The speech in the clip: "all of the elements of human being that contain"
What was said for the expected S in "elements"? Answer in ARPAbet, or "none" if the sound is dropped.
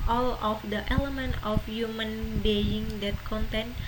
none